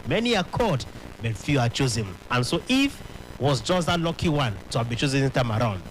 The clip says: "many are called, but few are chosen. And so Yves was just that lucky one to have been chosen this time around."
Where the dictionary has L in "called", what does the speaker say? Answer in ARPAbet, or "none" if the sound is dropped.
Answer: none